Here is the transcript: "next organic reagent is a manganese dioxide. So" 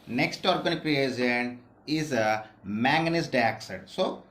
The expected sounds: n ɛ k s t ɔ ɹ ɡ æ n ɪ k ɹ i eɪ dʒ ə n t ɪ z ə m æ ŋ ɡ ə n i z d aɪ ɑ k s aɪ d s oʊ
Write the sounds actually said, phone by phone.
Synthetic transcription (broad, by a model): n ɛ k s t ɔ ɹ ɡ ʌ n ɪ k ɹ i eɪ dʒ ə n ɪ z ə m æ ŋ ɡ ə n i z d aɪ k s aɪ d s oʊ